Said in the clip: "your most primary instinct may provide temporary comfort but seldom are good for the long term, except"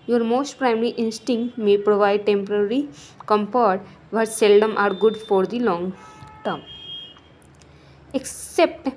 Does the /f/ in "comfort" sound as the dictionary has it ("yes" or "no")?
no